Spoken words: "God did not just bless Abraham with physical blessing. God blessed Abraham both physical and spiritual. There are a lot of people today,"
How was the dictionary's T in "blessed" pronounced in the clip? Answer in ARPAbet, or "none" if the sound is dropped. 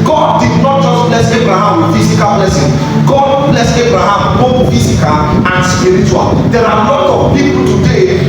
none